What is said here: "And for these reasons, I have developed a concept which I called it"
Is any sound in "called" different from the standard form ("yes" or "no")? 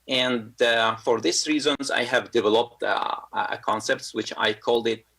no